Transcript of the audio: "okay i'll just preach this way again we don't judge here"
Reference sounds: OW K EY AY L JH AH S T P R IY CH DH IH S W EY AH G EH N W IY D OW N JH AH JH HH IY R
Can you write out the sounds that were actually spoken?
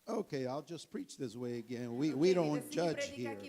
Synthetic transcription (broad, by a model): OW K EY AY L JH AH S P R IY CH DH IH S W EY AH G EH N W IY D OW N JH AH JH HH IY R